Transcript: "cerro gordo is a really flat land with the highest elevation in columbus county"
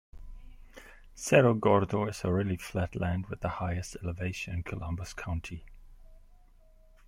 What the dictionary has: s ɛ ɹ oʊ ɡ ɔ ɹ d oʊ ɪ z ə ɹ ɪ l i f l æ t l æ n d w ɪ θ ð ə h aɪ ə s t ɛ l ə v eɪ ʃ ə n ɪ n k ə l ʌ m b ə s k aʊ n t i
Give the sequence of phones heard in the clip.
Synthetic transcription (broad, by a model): s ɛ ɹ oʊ ɡ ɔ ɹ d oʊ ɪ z ə ɹ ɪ l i f l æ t l æ n d w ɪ ð ə h aɪ ə s t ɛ l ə v eɪ ə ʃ ɪ n k ə l ʌ m b ə s k aʊ n t i